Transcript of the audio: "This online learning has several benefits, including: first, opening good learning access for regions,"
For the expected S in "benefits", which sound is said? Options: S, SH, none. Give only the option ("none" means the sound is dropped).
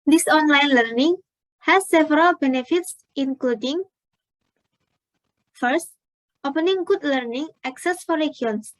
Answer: S